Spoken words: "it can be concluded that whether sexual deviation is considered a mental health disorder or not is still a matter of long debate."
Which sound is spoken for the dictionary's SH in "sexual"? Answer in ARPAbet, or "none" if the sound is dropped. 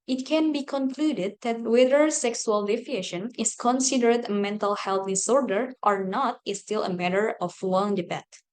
S